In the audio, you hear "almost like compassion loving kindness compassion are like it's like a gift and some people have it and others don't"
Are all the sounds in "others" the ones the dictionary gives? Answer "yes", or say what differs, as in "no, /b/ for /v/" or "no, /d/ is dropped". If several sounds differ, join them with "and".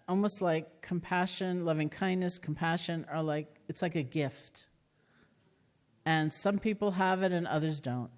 yes